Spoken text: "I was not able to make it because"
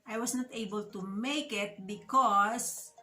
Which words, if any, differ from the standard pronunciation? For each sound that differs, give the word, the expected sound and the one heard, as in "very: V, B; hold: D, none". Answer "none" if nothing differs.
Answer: was: Z, S